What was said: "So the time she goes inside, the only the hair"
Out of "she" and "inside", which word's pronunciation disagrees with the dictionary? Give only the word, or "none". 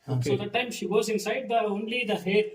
none